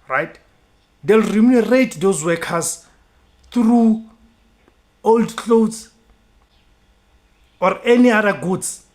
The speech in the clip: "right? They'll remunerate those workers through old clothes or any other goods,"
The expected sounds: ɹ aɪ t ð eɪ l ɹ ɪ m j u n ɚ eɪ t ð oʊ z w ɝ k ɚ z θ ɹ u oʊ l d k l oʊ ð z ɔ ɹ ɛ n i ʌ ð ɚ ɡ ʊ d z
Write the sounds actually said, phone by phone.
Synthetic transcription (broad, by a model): ɹ aɪ t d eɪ l ɹ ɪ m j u n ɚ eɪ t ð oʊ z w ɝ k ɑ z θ ɹ u oʊ l d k l oʊ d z ɔ ɹ ɛ n i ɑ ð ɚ ɡ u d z